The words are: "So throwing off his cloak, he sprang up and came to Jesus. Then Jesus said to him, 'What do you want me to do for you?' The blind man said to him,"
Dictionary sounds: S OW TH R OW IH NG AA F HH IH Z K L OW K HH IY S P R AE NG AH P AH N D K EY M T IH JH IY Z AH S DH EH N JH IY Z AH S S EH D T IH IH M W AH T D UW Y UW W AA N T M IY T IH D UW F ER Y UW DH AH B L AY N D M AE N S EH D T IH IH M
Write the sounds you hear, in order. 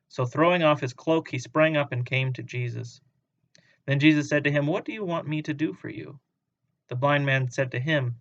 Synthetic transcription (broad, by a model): S OW TH R OW IH NG AA F HH IH Z K L OW K HH IY S P R AE NG AH P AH N K EY M T IH JH IY Z AH S DH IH N JH IY Z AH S S EH D T IH IH M W AH T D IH Y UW W AA N M IY T IH D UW F ER Y UW DH AH B L AY N D M AE N S EH D T IH IH M